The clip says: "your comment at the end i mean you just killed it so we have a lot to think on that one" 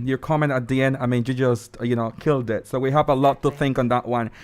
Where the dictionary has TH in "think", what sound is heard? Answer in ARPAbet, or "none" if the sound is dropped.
TH